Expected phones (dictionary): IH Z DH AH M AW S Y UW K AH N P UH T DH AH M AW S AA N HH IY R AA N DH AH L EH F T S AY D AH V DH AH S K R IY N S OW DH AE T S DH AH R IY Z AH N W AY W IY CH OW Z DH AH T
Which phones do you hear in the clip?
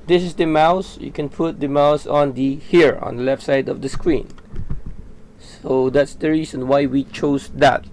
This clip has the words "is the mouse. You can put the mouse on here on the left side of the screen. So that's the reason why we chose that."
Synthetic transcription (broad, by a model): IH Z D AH M AW S Y UW K AH N P UH T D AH M AW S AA N HH IY R AA N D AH L EH F T S AY D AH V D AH S K R IY N S OW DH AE T S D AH R IY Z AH N W AY W IY CH OW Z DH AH T